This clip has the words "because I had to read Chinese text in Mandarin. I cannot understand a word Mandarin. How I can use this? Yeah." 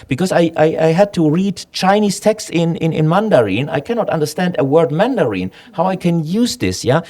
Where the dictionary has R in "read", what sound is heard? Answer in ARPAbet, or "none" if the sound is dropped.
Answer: R